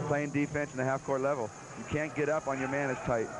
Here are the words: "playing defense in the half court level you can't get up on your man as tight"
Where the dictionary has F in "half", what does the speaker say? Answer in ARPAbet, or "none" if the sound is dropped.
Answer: F